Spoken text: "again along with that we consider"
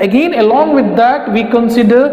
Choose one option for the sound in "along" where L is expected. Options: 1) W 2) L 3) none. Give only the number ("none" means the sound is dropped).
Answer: 2